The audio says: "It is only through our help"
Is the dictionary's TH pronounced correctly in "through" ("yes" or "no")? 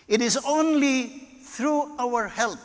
no